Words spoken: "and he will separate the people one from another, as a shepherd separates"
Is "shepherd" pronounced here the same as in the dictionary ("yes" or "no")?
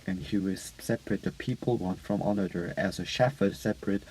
no